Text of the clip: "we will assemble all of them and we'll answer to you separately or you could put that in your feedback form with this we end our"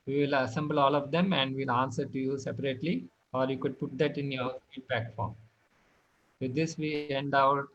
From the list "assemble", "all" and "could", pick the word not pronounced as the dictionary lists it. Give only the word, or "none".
none